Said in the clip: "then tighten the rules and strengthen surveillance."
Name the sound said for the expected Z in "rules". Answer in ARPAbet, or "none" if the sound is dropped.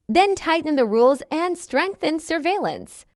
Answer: Z